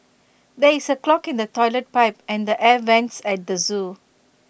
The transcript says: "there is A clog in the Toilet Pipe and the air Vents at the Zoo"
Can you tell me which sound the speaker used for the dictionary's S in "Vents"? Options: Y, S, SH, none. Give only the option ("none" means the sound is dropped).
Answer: S